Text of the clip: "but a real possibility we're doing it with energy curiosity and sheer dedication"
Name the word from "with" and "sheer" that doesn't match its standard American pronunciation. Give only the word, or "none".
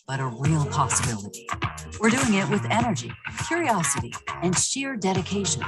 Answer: none